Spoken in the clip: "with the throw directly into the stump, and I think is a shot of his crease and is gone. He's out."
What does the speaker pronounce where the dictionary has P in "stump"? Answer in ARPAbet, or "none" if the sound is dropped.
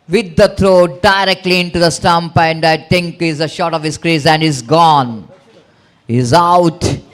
P